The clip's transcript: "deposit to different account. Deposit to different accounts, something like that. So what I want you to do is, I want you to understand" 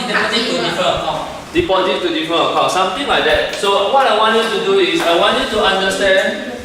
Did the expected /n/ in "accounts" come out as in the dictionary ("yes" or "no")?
no